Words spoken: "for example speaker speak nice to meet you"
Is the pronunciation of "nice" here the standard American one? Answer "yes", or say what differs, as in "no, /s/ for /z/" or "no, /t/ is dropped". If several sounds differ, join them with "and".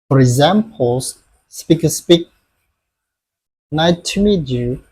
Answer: no, /s/ is dropped